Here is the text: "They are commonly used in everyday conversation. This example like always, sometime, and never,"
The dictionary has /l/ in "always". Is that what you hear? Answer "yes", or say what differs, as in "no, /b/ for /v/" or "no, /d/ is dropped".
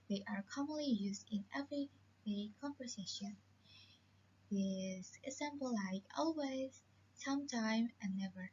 yes